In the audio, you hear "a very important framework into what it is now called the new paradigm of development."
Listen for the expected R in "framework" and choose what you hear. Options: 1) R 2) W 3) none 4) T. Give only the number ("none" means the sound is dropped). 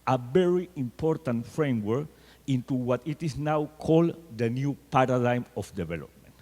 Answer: 1